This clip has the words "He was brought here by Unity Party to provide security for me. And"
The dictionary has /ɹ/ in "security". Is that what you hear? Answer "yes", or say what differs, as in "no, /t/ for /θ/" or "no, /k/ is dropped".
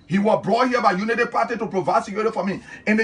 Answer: no, /ɹ/ is dropped